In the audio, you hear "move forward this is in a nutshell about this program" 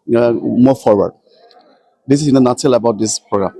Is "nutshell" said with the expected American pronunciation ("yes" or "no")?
no